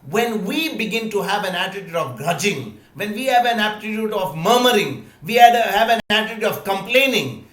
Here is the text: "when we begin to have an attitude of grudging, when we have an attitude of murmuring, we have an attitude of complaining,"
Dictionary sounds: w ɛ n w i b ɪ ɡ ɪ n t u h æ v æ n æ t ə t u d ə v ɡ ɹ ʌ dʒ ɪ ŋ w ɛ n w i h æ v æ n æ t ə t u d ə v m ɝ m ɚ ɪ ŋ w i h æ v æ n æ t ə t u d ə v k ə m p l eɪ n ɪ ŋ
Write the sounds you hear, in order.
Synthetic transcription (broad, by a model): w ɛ n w i b ɪ ɡ ɪ n t u h æ v æ n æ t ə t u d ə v ɡ ɹ ʌ dʒ ɪ ŋ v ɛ n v i h æ v æ n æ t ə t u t ə v m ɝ m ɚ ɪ ŋ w i h æ v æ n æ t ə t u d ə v k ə m p l eɪ n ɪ ŋ